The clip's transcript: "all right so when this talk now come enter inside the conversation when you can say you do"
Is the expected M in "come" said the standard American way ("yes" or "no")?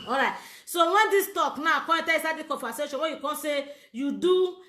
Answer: no